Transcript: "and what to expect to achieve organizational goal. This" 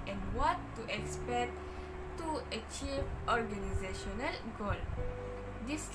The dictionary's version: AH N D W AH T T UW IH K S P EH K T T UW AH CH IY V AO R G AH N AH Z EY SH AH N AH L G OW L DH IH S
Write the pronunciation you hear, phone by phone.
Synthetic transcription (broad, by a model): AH N W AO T T UW IH K S P EH K T T UW AH CH IY V AO R G AH N AH Z EY SH AH N AH L G OW L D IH S